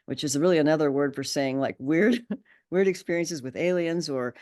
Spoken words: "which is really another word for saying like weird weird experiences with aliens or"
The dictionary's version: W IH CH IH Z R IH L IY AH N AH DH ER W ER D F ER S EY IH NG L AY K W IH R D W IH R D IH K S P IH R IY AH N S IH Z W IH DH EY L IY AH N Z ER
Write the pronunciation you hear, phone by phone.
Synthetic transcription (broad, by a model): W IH CH IH Z R IH L IY AH N AH DH ER W ER D F ER S EY IH NG L AY K W IH R D W IH R D IH K S P IH R IY AH N S IH Z W IH DH EY L IY AH N Z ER